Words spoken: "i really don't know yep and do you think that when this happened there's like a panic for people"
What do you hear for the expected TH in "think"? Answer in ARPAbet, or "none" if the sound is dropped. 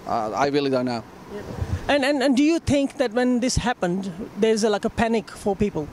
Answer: T